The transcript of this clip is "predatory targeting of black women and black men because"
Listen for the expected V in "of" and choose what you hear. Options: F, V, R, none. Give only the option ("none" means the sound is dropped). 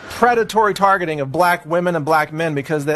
V